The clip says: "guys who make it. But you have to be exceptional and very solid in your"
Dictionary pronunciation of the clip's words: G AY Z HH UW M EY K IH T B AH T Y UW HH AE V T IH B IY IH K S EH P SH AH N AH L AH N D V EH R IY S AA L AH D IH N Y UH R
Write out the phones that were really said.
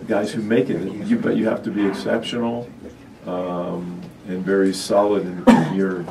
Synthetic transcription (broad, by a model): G AY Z HH UW M EY K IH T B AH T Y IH HH AE F T IH B IY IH K S EH P SH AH N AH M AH N V EH R IY S AA L AH D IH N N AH R